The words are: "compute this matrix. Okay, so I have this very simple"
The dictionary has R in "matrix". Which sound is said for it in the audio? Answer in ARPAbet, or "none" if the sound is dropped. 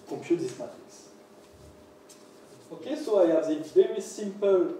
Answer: none